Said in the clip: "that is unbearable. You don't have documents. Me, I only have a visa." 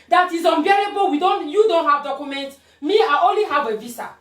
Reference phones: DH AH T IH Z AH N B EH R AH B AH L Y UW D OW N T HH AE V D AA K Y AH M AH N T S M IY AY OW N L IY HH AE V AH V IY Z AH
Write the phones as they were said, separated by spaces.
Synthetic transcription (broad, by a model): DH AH T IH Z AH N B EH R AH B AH N Y UW D OW N T HH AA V D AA K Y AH M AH N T M IY AY OW N L IY HH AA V AH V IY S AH